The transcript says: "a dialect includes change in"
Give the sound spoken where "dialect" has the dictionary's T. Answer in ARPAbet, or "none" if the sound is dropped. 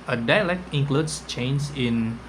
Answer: T